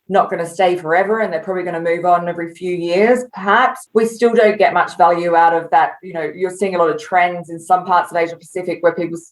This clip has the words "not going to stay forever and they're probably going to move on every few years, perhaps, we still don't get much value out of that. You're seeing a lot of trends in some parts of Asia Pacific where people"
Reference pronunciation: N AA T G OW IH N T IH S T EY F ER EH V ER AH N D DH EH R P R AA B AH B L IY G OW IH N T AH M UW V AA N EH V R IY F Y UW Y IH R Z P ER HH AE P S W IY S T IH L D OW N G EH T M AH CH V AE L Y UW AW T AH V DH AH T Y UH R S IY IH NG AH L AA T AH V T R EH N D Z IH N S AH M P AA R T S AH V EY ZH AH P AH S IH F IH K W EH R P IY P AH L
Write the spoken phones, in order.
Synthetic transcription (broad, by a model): N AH T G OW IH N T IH S T EY F ER EH V ER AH N DH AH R P R AA B AH B L IY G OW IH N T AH M UW V N EH V R IY F Y UW Y IH R Z P ER HH AE P S W IY S T IH L D OW N G EH T M AH CH V AE L Y UW AW T AH V DH AH T Y UH R S IY IH NG AH L AA T AH V T R EH N D Z IH N S AH M P AA R T S AH V EY ZH AH P AH S IH F IH K W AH R P IY P L